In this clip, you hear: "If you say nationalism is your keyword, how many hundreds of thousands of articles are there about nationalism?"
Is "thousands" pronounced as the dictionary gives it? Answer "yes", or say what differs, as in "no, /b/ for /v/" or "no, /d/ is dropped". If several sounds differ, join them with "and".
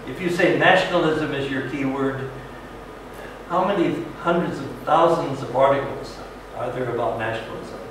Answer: yes